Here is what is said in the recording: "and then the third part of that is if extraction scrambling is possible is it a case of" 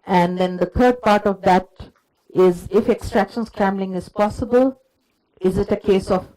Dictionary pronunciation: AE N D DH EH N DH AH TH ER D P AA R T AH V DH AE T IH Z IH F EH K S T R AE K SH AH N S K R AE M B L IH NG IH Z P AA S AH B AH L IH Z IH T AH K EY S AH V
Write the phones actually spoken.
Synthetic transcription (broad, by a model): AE N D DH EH N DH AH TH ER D P AA R T AH V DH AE T IH Z IH F EH K S T R AE K SH AH N S K R AE M B L IH NG IH Z P AA S AH B AH L IH Z IH T AH K EY S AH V